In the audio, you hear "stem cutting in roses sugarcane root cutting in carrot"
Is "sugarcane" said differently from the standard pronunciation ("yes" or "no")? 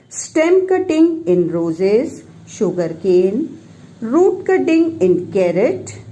no